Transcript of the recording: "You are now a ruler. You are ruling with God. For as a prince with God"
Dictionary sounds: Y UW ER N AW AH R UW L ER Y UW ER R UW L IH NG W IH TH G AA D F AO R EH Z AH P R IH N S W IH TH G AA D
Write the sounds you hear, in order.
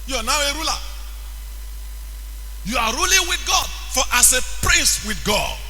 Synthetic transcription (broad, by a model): Y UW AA N AW AH R UW L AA Y UW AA R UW L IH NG W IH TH G AA D F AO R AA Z AH P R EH S W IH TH G AA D